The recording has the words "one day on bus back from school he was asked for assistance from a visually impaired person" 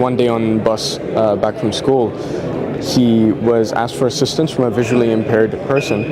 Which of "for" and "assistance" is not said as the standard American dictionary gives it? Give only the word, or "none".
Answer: none